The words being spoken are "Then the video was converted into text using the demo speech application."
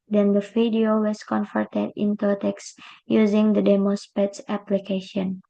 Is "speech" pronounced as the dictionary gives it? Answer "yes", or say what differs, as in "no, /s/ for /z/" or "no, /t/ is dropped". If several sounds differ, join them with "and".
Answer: no, /s/ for /tʃ/